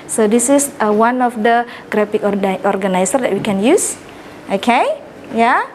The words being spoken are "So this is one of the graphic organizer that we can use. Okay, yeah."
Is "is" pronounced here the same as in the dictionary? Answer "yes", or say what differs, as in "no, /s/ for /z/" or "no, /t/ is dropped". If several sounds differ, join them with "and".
no, /s/ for /z/